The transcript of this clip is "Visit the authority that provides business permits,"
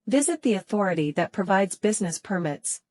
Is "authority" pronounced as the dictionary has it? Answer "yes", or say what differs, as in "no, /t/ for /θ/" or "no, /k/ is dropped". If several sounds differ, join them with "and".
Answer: yes